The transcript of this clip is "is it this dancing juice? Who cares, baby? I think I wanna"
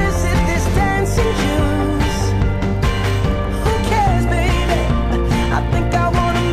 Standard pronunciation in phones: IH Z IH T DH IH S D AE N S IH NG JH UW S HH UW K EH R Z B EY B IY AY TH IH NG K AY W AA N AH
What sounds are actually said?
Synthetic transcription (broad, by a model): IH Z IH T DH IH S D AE N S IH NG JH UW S HH UW K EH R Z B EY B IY AY TH IH NG K AY W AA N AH